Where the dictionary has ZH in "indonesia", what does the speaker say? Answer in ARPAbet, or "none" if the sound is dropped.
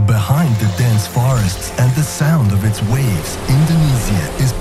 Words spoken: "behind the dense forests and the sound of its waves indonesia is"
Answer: Z